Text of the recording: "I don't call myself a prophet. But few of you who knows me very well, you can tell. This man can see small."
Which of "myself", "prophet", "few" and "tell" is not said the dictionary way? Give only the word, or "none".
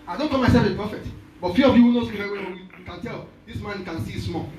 prophet